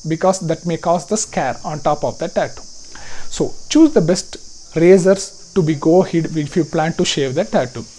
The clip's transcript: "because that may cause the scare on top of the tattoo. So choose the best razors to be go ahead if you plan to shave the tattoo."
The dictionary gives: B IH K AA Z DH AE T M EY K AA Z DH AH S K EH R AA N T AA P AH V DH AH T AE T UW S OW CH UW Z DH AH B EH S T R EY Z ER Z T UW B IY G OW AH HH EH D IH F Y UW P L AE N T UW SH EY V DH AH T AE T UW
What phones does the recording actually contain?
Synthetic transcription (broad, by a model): B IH K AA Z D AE T M EY K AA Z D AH S K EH R AA N T AA P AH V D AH T AE T UW S OW CH UW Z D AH B EH S T R EY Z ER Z T UW B IY G OW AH HH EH D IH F Y UW P L AE N T UW SH EY V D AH T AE T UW